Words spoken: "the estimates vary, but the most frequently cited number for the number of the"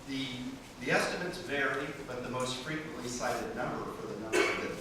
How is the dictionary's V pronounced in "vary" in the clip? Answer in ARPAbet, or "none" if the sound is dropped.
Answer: V